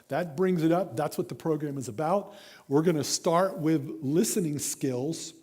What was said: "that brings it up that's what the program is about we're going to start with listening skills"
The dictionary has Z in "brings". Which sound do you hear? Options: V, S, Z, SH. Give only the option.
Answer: Z